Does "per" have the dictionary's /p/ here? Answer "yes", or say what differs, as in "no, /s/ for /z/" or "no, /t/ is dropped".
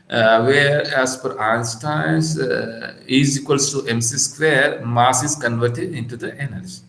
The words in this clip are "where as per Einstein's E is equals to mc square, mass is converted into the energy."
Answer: no, /f/ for /p/